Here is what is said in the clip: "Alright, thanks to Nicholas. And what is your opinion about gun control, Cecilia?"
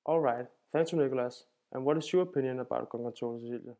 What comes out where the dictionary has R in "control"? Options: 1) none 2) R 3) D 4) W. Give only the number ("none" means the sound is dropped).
1